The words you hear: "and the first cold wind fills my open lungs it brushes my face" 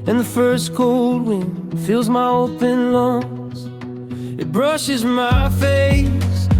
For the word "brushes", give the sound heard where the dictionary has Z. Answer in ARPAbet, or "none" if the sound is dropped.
Z